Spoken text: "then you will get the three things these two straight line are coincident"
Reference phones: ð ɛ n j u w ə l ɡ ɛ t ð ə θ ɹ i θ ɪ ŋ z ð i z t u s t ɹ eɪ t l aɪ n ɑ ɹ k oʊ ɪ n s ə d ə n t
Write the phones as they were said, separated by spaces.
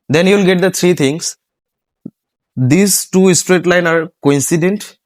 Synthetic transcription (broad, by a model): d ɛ n j u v l ɡ ɛ t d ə t ɹ i t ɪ ŋ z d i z t u s t ɹ eɪ t l aɪ n ɑ ɹ k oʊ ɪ n s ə d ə n t